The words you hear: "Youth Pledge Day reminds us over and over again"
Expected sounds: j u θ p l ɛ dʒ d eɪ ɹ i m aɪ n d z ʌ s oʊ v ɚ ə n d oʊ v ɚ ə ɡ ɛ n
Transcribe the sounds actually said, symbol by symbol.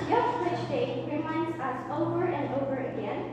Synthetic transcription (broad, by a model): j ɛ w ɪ tʃ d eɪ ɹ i m aɪ n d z ʌ s oʊ v ɚ ə n d oʊ v ɚ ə ɡ ɛ n